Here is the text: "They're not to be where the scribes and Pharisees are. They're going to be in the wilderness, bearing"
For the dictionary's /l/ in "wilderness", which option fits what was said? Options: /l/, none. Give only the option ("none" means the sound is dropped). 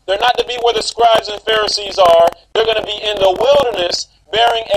/l/